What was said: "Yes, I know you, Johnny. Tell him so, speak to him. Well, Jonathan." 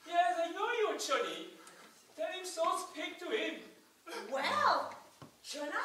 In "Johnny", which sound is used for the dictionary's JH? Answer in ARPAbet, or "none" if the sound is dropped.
CH